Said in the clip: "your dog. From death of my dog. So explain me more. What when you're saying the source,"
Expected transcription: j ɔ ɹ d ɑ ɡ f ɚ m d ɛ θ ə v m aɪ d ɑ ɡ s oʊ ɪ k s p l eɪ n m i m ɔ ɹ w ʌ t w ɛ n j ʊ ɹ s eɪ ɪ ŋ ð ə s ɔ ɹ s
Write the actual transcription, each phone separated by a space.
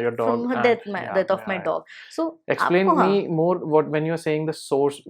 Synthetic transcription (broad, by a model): j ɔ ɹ d ɑ ɡ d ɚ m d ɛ t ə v m aɪ d ɑ ɡ s oʊ ɪ k s p l eɪ n m i m ɔ ɹ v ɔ t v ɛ n j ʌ ɹ s eɪ ɪ ŋ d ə s ɔ ɹ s